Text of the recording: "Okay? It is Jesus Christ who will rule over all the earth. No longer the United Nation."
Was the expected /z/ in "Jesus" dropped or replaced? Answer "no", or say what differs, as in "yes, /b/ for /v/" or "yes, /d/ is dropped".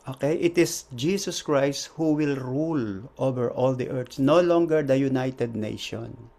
yes, /s/ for /z/